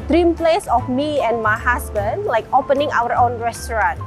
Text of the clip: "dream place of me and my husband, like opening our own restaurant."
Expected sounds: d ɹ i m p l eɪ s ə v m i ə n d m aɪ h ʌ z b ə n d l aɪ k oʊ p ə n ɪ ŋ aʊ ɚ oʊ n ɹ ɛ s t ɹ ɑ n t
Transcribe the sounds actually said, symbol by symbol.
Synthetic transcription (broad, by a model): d ɹ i m p l eɪ s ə f m i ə n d m aɪ h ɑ s b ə n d l aɪ k oʊ p ə n ɪ ŋ aʊ ɚ oʊ n ɹ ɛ s t ɹ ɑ n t